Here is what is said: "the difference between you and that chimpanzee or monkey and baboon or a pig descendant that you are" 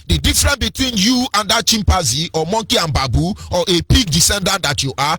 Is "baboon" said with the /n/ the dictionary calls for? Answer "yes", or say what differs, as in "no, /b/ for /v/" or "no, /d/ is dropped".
no, /n/ is dropped